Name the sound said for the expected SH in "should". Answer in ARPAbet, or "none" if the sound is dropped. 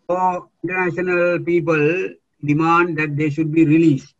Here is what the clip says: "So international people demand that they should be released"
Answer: SH